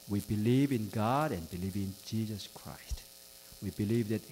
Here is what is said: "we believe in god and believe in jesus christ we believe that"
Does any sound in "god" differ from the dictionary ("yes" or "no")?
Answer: no